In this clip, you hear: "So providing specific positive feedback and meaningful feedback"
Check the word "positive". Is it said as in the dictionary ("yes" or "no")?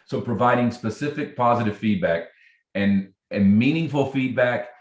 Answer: yes